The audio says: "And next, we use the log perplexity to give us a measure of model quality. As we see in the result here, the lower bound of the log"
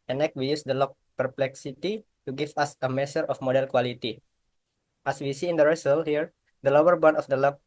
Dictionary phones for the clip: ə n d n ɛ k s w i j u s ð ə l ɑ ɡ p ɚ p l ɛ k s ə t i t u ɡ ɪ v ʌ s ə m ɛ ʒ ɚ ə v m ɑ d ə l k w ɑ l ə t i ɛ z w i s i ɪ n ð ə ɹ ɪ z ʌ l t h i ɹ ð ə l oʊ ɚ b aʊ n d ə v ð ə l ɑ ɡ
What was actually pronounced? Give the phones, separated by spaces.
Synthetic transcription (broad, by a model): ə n n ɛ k w i j u s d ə l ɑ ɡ p ɚ p l ɛ k s ə t i t u ɡ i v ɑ s ə m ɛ s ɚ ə f m ɑ d ə l k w ɑ l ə t i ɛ s w i s i ɪ n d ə ɹ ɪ s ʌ l h i ɹ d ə l oʊ ɚ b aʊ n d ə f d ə l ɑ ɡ